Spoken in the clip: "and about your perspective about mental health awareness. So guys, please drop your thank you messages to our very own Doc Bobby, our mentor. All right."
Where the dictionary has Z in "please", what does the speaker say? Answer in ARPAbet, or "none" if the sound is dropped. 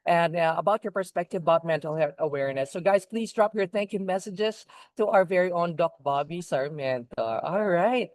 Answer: Z